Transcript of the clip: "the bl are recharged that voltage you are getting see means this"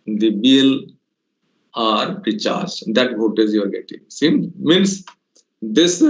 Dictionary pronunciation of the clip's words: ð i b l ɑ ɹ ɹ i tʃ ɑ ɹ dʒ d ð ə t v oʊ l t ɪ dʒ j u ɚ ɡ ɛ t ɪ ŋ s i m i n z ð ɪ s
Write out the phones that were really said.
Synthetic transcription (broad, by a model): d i b l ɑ ɹ ɹ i tʃ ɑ ɹ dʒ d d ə t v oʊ t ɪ z j u ɚ ɡ ɛ t ɪ ŋ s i m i n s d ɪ s